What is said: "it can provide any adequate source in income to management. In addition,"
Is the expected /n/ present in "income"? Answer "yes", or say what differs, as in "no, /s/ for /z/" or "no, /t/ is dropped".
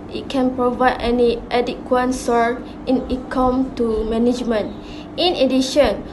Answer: no, /n/ is dropped